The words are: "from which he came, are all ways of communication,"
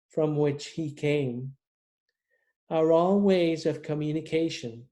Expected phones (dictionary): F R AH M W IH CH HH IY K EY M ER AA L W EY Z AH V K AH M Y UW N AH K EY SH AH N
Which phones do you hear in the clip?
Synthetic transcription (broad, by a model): F R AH M W IH CH HH IY K EY M ER AA L W EY Z AH V K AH M Y UW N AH K EY SH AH N